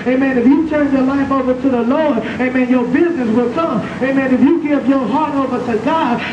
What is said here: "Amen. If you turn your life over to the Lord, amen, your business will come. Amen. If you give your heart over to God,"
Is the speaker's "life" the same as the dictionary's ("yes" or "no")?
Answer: no